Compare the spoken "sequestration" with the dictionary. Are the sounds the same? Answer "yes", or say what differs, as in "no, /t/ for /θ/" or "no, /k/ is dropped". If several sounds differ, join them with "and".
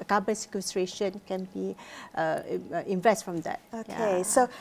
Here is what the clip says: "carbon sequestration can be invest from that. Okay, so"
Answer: yes